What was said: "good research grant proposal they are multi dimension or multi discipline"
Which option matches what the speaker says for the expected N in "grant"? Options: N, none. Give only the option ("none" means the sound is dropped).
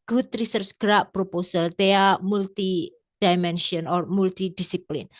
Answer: none